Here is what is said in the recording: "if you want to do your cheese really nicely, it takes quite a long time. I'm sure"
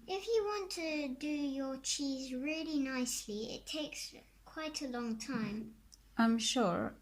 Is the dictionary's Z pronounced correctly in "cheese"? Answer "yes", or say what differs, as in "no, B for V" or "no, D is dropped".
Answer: yes